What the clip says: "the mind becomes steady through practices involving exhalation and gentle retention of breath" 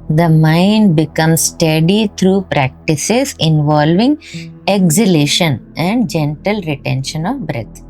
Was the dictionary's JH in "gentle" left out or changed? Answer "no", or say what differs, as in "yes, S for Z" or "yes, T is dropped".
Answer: no